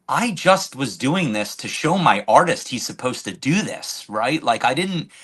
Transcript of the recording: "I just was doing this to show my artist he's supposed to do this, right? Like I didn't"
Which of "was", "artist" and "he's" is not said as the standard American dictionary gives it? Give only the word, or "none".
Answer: none